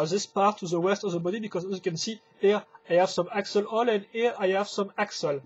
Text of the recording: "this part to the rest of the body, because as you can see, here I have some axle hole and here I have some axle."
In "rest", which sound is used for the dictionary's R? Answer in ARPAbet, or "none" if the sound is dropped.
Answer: W